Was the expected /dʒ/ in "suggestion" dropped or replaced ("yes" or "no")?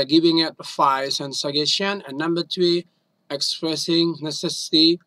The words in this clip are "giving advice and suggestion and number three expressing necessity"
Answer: yes